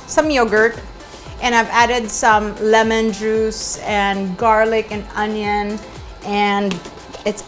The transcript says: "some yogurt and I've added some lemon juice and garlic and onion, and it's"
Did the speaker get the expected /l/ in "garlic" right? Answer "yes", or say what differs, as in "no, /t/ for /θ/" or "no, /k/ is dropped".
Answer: yes